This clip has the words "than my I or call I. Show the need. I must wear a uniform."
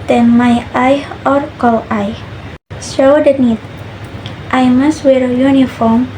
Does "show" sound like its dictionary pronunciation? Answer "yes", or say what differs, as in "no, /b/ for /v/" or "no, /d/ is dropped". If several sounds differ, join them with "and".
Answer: no, /s/ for /ʃ/